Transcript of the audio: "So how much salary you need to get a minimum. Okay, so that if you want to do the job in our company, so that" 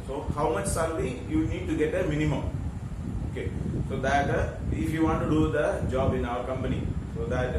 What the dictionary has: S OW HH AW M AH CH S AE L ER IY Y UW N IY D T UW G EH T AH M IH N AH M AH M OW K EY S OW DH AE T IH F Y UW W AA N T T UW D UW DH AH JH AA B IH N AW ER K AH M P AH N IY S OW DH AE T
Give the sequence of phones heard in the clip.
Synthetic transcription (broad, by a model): S OW HH AW M AH CH S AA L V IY Y UW N IY D T UW G EH T AH M IH N AH M AH M OW K EY S OW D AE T IH F Y UW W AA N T T UW D UW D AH JH AA B IH N AW ER K AH M P AH N IY S OW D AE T